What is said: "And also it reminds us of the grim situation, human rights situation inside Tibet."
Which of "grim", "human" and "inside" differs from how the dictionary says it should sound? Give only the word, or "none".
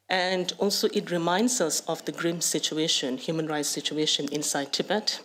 none